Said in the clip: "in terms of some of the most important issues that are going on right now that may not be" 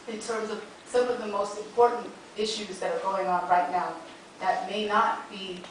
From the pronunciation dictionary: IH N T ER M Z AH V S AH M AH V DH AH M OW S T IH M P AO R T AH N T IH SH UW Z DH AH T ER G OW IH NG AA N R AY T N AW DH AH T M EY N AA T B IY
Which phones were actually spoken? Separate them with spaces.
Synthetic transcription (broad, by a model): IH N T ER M Z AH V S AH M AH V DH AH M OW S T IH M P AO R T N T IH SH UW Z DH AH T ER G OW IH NG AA N R AY T N AW DH AH T M EY N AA T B IY